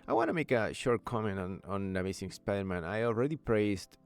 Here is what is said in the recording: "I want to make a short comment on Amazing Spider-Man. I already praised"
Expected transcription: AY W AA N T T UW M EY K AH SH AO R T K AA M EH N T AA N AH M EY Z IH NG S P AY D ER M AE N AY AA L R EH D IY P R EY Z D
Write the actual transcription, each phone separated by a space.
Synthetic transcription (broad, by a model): AY W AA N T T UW M EY K AH SH AO R T K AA M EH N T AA N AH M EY S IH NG S P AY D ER M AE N AY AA L R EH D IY P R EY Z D